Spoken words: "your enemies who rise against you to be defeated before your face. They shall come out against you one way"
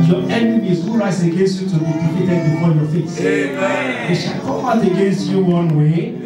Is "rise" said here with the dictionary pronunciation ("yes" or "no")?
no